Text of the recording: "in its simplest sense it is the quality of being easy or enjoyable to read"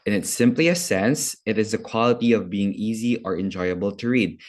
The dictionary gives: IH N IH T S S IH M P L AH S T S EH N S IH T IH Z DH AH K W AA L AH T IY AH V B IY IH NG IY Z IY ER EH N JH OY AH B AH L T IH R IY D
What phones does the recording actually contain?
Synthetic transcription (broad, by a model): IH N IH T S S IH M P L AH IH S EH N S IH T IH Z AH K W AA L AH T IY AH V B IY IH NG IY Z IY ER EH N JH OY AH B AH L T IH R IY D